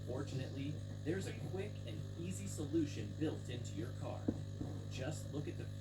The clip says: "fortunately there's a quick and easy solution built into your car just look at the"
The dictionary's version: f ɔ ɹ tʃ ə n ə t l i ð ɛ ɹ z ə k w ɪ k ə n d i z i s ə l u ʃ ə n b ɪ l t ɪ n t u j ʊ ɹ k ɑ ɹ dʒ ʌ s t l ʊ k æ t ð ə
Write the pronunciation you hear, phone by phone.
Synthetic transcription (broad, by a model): f ɔ ɹ tʃ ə n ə t l i ð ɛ ɹ z ə k w ɪ k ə n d i z i s ə l u ʃ ə n b ɪ l t ɪ n t u j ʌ ɹ k ɑ ɹ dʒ ʌ s t l ʊ k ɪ t ð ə